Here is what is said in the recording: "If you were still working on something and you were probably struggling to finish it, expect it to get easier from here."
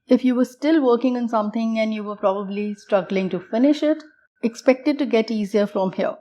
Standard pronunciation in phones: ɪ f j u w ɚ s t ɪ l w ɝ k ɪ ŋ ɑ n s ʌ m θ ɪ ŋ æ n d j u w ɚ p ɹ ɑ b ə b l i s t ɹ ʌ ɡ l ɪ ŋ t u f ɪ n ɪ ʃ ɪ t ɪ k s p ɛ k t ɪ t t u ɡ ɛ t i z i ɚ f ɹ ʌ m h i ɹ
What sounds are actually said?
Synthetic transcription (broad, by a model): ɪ f j u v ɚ s t ɪ l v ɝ k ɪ ŋ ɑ n s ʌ m t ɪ ŋ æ n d j u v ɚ p ɹ ɑ b ə b l i s t ɹ ʌ ɡ l ɪ ŋ t u f ɪ n ɪ ʃ ɪ t ɪ k s p ɛ k t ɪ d t u ɡ ɛ t i z i ɚ f ɹ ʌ m h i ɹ